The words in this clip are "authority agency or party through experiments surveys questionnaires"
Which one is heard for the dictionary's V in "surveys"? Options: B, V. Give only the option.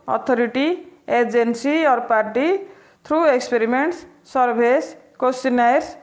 B